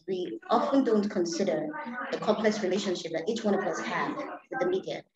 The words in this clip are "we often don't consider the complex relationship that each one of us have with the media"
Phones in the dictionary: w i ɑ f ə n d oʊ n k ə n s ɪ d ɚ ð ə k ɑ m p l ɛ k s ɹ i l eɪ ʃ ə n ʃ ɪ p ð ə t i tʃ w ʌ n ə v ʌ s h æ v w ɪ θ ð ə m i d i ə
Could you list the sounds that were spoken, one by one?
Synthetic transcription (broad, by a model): w i ɑ f ə n d oʊ n k ə n s ɪ d ɚ ð ə k ɑ m p l ɛ k s ɹ i l eɪ ʃ ə n ʃ ɪ p ð ə t i tʃ w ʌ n ə v ʌ s h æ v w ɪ ð ə m i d i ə